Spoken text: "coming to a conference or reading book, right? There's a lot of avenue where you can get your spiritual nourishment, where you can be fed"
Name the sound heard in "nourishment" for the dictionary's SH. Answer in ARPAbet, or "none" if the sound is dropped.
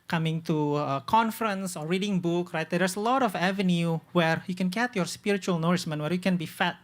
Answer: S